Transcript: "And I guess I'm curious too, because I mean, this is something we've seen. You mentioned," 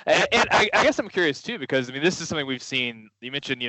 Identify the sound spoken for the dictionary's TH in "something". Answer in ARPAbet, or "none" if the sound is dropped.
TH